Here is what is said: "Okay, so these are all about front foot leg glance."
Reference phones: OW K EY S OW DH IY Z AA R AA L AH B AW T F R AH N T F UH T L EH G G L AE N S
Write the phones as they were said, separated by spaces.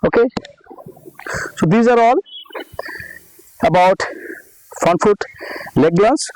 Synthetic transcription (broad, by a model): OW K EY S OW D IY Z AA R AA L AH B AW T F AH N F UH T L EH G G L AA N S